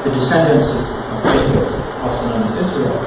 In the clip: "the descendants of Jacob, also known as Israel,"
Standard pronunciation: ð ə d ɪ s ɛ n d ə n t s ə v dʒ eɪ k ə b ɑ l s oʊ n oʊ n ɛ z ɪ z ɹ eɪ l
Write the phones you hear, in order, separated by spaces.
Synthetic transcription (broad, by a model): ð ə d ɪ s ɛ n d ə n s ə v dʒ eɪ ə ɑ s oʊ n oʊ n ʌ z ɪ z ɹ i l